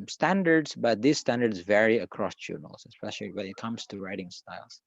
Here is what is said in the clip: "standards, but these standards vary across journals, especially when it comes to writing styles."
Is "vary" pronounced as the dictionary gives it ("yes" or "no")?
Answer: yes